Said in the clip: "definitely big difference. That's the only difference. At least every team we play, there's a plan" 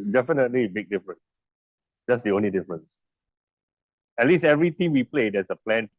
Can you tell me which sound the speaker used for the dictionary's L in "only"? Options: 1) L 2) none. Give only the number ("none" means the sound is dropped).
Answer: 1